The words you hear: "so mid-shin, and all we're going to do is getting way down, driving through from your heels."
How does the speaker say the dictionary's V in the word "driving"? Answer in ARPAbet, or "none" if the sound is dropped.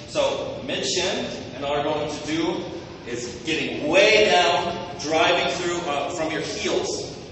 V